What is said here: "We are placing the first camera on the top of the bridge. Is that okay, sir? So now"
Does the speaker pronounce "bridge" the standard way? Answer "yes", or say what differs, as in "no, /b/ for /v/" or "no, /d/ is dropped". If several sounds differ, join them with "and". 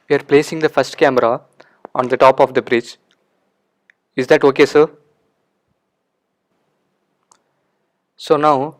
no, /tʃ/ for /dʒ/